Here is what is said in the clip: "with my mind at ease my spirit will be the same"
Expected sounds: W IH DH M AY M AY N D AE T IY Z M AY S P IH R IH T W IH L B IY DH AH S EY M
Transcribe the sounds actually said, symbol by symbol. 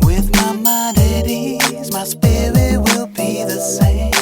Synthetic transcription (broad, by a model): W IH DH M AY M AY D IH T IY Z M AY S P IH R IH T W IH L B IY DH AH S EY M